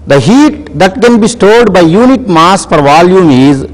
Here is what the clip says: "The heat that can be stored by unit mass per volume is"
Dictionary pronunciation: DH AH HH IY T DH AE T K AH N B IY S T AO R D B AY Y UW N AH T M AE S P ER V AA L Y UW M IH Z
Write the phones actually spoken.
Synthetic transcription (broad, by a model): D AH HH IY T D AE T K AH N B IY S T AO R D B AY Y UW N AH T M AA S F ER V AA L Y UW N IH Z